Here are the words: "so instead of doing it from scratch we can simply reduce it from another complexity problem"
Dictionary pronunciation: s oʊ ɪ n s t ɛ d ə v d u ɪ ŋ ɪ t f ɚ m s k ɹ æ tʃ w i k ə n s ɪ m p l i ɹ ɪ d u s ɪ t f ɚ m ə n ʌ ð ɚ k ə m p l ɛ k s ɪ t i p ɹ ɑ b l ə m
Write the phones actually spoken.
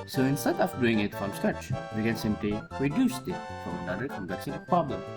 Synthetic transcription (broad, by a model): s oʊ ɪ n s t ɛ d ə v d u ɪ ŋ ɪ t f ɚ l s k æ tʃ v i k ə n s ɪ m p l i ɹ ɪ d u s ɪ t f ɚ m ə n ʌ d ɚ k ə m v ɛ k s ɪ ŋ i p ɹ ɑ b l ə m